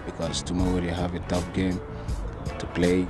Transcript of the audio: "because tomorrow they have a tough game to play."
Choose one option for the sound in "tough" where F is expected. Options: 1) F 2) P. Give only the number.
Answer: 2